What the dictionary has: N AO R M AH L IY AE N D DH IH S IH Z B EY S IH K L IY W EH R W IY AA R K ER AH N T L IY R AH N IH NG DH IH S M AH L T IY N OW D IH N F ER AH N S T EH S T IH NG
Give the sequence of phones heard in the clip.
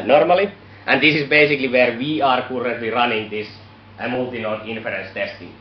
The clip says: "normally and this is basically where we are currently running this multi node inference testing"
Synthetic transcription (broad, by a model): N AO R M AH L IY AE N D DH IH S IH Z B EY S IH K L IY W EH R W IY AA R K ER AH N T L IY R AH N IH NG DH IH S M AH L T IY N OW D IH N F ER AH N S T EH S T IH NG